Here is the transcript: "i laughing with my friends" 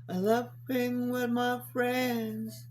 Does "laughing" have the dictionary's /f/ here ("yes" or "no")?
no